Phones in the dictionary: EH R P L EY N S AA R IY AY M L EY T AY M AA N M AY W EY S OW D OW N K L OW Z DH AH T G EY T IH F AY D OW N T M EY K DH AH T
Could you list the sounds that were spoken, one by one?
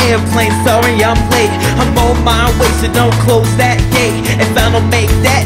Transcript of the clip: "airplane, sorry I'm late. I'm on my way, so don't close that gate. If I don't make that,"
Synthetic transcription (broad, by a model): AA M P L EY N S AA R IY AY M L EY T AY M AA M AY W EY S OW D OW N K L OW Z DH AH T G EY IH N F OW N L M EY K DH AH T